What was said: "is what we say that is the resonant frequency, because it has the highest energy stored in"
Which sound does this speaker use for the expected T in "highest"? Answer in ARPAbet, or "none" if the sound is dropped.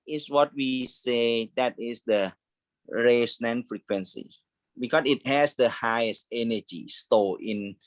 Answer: T